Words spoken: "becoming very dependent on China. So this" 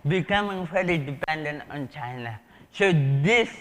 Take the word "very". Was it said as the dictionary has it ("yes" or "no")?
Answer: no